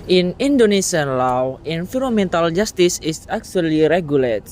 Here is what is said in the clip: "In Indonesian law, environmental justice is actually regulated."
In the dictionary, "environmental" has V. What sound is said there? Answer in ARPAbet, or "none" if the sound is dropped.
F